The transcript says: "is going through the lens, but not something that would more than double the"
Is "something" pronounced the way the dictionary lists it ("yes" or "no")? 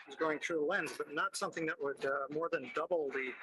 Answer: yes